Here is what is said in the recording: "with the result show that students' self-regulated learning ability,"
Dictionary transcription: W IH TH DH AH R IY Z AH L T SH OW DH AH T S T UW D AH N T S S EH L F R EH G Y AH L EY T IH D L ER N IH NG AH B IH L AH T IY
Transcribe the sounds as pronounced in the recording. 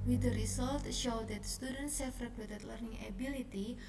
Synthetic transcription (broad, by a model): W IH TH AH R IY S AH L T SH OW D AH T S T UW D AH N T S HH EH F R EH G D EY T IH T L ER N IH NG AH B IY L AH T IY